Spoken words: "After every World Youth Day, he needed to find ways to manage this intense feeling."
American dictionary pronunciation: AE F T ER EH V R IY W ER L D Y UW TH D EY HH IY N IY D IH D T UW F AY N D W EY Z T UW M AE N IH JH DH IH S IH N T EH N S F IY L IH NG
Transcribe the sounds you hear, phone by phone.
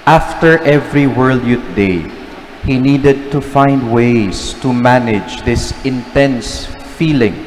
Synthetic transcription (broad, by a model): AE F T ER EH V R IY W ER L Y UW T D EY HH IY N IY D IH D T UW F AY N D W EY S T UW M AE N IH JH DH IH S IH N T EH N S F IY L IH NG